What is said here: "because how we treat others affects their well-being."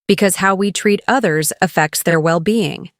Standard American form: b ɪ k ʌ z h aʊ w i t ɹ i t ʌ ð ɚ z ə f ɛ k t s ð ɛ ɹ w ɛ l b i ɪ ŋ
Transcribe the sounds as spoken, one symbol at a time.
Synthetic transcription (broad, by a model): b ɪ k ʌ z h aʊ w i t ɹ i t ʌ ð ɚ z ə f ɛ k t s ð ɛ ɹ w ɛ l b i ɪ ŋ